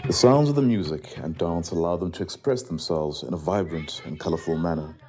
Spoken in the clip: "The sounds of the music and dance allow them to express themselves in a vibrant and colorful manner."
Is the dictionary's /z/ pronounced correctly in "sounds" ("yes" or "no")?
yes